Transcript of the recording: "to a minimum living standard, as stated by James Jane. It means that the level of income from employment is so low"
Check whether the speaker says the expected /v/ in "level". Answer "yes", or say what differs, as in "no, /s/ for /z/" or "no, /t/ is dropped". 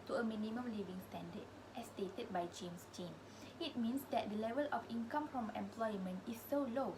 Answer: yes